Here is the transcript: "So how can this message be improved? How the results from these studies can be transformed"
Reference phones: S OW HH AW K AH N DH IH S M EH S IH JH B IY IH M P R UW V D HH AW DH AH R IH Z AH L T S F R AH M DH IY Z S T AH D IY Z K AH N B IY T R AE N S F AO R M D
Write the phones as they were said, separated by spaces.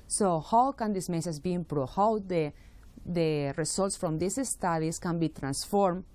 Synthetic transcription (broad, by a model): S OW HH AW K AH N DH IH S M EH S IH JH B IY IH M P R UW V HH AW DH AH R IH S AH L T S F R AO M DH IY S S T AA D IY S K AH N B IY T R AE N S F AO R M